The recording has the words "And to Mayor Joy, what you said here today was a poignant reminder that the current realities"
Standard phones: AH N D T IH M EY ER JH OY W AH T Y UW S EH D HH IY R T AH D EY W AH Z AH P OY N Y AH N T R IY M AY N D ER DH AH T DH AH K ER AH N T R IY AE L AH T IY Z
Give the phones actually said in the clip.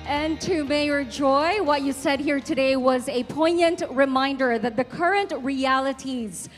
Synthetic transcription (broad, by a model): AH N T IH M EY ER JH OY W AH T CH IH S EH D HH IY R T AH D EY W AH Z AH P OY N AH N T R IY M AY N D ER DH AH T DH AH K ER AH N T R IY AE L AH T IY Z